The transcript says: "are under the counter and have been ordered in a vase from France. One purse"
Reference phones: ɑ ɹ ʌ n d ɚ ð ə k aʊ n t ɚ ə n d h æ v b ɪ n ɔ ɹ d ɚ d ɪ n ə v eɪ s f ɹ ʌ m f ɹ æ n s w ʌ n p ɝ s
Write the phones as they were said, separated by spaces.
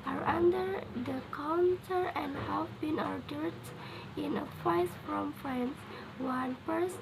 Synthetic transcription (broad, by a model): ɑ ɹ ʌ n d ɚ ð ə k aʊ n t ɚ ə n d h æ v b ɪ n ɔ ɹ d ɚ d ɪ n ə f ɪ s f ɹ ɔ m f ɹ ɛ n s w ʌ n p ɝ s